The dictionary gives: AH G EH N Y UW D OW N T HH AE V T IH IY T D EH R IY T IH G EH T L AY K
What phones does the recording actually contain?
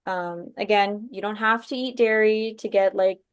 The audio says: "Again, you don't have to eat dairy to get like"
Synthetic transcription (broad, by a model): AH G EH N Y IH D OW N T HH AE F T IH IY T D EH R IY T IH G EH T L AY K